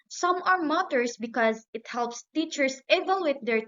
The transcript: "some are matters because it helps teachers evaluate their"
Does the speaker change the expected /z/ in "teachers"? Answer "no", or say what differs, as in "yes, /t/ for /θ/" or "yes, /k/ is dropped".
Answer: yes, /s/ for /z/